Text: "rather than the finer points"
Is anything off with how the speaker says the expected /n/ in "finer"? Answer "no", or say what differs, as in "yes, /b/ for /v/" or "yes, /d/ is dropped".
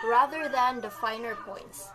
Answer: no